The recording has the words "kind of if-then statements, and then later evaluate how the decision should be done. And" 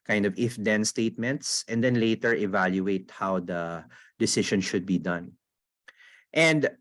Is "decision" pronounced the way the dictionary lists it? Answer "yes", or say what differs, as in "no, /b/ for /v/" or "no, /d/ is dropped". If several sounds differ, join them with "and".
no, /ʃ/ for /ʒ/